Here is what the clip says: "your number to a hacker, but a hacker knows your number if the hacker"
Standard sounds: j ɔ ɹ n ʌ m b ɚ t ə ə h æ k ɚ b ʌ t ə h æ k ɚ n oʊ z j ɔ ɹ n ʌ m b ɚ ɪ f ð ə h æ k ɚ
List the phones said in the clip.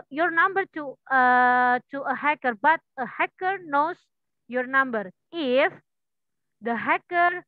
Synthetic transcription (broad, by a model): j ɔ ɹ n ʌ m b ɚ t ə ə h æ k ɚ b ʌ t ə h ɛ k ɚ n oʊ s j ɔ ɹ n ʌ m b ɚ ɪ f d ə h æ k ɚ